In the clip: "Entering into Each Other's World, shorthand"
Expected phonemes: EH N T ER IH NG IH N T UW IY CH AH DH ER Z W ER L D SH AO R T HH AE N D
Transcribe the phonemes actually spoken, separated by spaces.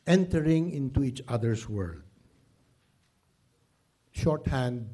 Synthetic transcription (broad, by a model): EH N T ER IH NG IH N T UW IY CH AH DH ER S W ER L D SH AO R T HH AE N D